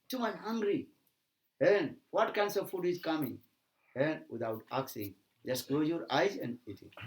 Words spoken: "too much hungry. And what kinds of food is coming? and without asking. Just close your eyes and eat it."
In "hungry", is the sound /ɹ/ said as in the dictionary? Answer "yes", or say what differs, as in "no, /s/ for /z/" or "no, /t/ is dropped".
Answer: yes